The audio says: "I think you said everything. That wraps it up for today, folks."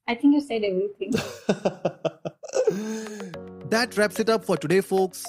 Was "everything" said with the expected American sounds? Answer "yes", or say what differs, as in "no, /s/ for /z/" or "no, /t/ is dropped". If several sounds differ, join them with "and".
no, /t/ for /θ/